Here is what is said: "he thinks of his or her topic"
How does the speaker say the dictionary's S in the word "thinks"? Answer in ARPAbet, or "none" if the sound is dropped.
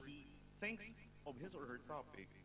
S